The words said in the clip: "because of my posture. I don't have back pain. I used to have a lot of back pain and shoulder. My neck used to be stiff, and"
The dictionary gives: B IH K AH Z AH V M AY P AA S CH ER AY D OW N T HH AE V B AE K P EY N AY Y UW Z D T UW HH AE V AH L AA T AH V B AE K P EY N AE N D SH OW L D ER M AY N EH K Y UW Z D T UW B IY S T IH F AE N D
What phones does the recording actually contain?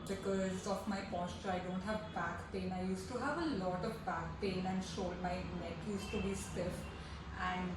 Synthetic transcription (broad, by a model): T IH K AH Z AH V M AY P AA S CH ER AY D OW N T HH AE V B AE K P EY N AY Y UW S T UW HH AE V AH L AA T AH V B AE K P EY N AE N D SH OW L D M AY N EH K Y UW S T UW B IY S T IH F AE N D